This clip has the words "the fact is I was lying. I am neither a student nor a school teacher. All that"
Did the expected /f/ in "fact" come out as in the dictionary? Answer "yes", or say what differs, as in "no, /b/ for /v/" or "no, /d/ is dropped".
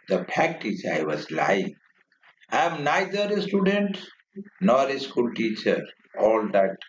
no, /p/ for /f/